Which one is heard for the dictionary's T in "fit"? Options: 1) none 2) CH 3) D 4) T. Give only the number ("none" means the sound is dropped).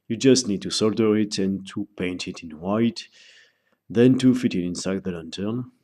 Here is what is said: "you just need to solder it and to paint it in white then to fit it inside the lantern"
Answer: 4